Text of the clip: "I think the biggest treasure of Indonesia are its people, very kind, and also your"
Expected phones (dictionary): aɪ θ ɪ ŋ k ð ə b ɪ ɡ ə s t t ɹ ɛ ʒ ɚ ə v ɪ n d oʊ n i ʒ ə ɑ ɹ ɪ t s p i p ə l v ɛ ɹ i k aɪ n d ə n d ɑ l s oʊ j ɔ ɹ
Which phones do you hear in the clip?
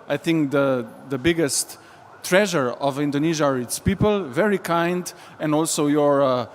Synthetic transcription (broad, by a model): aɪ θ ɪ ŋ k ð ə b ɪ ɡ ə s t t ɹ ɛ ʒ ɚ ə v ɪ n d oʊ n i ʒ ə ɑ ɹ ɪ t s p i p ə l v ɛ ɹ i k aɪ n d ə n d ɑ l s oʊ j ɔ ɹ